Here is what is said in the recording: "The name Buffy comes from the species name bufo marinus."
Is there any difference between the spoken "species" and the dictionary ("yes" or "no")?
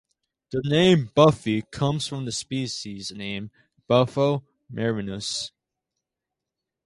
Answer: no